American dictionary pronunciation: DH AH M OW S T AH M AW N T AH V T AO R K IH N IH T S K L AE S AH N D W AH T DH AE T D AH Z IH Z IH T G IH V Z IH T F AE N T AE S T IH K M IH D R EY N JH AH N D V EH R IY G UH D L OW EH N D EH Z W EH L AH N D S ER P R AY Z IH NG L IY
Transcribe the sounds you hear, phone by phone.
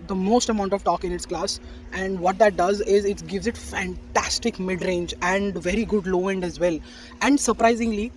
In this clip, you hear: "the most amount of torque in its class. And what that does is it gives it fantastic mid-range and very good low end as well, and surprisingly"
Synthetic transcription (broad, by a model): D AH M OW S T AH M AW N T AH V T AO K IH N IH T S K L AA S AH N D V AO T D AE T D AH Z IH Z IH T G IH V Z IH T F AE N T AE S T IH K M IH D R EY N JH AH N D V EH R IY G UH D L OW EH N D EH Z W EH L AH N D S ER P R AY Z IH NG L IY